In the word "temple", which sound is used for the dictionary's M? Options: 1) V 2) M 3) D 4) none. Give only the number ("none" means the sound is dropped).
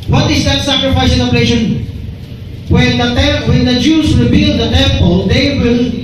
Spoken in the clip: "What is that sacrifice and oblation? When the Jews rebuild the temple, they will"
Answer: 2